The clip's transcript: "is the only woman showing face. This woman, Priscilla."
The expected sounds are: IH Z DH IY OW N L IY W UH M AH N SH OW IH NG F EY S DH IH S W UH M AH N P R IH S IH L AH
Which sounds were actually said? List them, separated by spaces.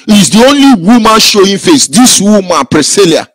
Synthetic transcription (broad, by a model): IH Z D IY OW N L IY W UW M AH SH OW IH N F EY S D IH S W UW M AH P R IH S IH L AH